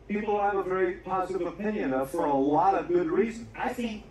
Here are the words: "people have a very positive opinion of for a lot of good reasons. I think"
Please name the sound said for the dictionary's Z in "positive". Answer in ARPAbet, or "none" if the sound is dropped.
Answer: Z